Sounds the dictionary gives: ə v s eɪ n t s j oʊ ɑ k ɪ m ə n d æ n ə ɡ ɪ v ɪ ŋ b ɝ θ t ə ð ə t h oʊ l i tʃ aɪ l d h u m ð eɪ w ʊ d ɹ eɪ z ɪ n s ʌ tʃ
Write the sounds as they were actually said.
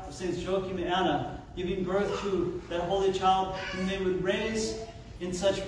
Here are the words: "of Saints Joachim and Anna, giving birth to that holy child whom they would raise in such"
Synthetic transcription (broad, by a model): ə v s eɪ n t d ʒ oʊ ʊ k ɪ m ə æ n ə ɡ ɪ v ɪ ŋ b ɝ θ t ə ð ə t h oʊ l i tʃ aɪ l d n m ð eɪ w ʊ d ɹ eɪ z ɪ n s ʌ tʃ